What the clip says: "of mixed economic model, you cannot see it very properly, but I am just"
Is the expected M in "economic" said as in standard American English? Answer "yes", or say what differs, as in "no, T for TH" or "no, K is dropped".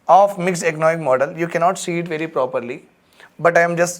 no, M is dropped